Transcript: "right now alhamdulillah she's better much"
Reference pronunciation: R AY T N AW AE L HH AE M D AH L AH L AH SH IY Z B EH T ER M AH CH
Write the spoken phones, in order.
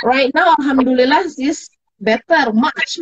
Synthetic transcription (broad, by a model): R AY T N AW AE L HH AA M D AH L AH L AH S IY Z B EH T ER M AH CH